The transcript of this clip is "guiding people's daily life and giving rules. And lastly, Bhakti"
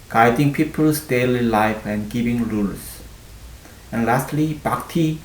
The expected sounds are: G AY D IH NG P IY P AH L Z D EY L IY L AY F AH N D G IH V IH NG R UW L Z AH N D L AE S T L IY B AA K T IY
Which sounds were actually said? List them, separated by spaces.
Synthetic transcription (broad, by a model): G AY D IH NG P IY P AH L S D EY L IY L AY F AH N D G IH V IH NG R UW L S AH N L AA S T L IY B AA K T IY